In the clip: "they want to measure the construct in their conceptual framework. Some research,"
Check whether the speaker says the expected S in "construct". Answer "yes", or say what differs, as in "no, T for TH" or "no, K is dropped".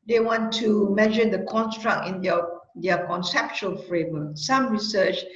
yes